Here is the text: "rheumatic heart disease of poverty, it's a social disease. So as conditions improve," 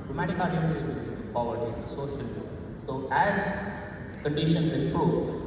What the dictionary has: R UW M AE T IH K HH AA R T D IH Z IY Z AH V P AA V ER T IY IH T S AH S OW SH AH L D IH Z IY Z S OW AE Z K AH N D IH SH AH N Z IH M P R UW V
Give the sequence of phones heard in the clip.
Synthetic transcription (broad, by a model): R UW M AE T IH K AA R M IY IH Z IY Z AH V P AA V ER T IY IH T S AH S OW S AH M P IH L S OW AE Z K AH N D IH SH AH N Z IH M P R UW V